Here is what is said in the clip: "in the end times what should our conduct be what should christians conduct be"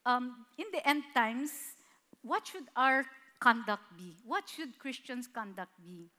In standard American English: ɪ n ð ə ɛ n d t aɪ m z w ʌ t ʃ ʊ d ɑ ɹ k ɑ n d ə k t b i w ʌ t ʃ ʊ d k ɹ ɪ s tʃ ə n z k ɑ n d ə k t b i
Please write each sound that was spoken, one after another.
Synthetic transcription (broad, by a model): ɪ n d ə ɛ n d t aɪ m s w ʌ t ʃ ʊ d ɑ ɹ k ɑ n d ə k t b i w ʌ t ʃ ʊ d k ɹ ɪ s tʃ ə n s k ɑ n d ə k t b i